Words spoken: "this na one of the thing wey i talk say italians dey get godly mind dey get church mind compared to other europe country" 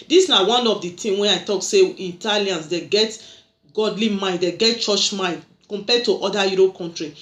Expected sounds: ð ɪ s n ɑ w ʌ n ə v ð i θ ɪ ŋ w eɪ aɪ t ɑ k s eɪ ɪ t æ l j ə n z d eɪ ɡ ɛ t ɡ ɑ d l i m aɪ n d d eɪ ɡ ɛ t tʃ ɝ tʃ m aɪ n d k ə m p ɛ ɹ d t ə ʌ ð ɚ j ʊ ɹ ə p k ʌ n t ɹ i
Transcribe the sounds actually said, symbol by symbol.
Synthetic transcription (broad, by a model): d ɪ s n ɑ w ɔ n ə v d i t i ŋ w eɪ aɪ t ɑ k s eɪ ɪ t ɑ l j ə n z d eɪ ɡ ɛ t ɡ ɑ d l i m aɪ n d d eɪ ɡ ɛ t tʃ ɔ tʃ m aɪ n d k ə m p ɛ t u t ə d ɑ j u ɹ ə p k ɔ n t ɹ i